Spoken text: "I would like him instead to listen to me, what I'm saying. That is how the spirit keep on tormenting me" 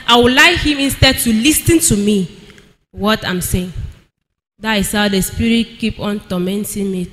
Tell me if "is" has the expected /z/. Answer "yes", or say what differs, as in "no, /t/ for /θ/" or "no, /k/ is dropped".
no, /s/ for /z/